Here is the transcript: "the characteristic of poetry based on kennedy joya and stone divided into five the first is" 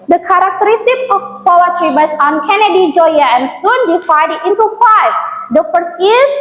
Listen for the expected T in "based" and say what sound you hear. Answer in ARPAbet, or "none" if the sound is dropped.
none